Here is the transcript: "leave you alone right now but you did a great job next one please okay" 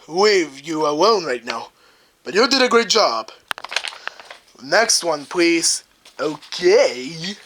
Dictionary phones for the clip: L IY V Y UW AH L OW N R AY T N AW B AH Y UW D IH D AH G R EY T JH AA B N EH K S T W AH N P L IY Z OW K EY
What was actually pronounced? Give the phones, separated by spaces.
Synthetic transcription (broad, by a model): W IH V Y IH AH W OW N R AY T N AW B AH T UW D IH D AH G R EY T JH AA B N EH K S T W AH N P L IY Z OW K EY